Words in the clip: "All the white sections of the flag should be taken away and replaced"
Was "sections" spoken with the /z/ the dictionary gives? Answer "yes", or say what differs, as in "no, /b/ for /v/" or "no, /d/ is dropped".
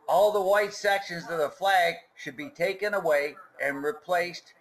yes